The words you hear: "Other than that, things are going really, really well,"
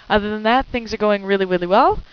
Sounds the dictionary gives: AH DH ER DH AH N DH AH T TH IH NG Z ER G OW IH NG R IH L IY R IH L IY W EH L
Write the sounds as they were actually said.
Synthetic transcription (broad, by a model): AH DH ER DH AH N DH AH T TH IH NG Z ER G OW IH NG R IH L IY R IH L IY W EH L